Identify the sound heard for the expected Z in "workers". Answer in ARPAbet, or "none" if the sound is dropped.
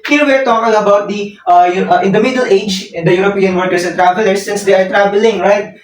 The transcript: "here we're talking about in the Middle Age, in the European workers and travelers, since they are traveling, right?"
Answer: S